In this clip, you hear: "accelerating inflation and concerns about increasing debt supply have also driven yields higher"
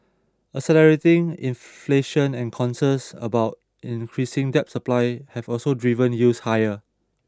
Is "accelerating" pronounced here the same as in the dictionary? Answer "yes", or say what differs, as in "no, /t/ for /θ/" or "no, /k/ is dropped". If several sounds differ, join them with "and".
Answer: no, /k/ is dropped